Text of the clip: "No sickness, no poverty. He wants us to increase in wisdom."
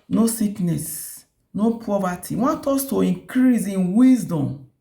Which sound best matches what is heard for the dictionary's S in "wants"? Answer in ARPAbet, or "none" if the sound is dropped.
none